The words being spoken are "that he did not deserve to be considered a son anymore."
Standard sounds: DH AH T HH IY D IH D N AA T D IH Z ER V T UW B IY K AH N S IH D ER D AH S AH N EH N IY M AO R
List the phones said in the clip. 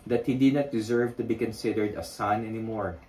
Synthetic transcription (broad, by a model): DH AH T HH IY D IH D N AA T D IH Z ER V T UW B IY K AH N S IH D ER D AH S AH N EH N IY M AO R